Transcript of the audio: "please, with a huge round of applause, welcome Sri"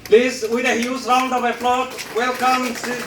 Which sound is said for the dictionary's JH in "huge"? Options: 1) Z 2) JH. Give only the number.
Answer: 1